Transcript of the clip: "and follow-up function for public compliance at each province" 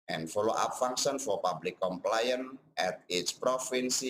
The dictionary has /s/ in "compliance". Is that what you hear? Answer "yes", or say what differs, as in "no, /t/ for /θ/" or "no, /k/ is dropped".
no, /s/ is dropped